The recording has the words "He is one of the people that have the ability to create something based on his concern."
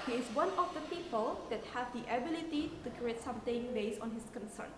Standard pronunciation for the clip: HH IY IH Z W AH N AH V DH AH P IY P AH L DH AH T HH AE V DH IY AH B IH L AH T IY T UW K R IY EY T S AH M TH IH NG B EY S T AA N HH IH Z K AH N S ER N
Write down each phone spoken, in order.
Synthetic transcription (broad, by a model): HH IY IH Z W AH N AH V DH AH P IY P AH L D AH T HH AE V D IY AH B IH L AH T IY T UW K R IY EY T S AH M T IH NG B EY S AA N HH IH S K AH N S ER N